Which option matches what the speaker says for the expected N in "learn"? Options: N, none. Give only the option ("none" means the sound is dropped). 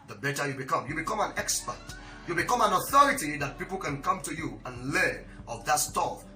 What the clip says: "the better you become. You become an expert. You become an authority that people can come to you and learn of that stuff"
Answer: none